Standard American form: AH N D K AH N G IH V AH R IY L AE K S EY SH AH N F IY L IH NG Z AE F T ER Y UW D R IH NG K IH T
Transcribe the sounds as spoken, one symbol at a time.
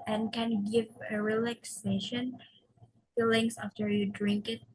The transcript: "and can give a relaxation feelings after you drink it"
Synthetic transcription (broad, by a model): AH N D K AH N G IH V AH R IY L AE K S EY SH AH N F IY L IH NG S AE F T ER Y UW D R IH NG K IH T